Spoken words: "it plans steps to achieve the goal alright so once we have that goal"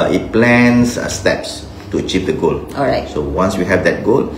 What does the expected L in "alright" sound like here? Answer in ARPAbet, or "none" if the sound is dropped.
none